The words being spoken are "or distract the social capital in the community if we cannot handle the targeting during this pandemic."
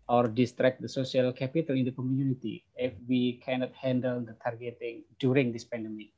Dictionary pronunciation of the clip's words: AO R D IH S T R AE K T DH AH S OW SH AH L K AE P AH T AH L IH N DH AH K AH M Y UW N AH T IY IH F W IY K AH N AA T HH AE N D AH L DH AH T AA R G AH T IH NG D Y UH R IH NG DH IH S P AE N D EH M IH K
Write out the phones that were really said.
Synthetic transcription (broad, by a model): AO R D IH S T R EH K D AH S OW S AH L K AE P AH T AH L IH N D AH K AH M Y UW N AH T IY IH F W IY K AH N AA T HH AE N D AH L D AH T AA R G AH T IH NG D Y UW R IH NG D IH S P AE N D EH M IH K